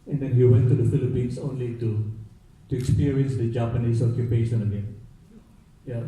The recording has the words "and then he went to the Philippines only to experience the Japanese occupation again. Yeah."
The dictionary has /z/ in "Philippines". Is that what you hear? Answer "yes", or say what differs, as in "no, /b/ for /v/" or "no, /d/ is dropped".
no, /s/ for /z/